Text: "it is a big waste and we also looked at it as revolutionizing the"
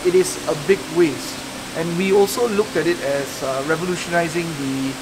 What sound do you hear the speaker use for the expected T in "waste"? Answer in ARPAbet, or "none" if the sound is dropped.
T